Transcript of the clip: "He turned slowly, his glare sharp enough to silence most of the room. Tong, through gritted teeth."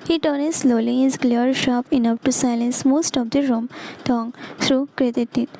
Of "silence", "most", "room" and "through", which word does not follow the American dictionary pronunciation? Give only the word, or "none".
through